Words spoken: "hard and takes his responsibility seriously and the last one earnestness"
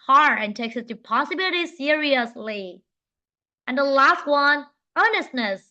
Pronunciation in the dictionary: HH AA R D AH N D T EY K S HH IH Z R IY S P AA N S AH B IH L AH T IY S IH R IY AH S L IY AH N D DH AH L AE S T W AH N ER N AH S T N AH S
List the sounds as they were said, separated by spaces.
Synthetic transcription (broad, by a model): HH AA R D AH N T EY K S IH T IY P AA S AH B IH L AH T IY S IH R IY AH S L IY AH N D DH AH L AE S T W AH N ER N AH S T N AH S